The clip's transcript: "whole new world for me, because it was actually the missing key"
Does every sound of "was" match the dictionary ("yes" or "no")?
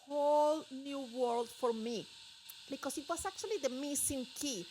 no